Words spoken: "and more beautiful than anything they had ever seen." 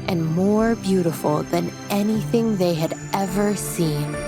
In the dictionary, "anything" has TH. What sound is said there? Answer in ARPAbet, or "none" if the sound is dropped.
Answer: TH